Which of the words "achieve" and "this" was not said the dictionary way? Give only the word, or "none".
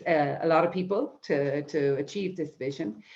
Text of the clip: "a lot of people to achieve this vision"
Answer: none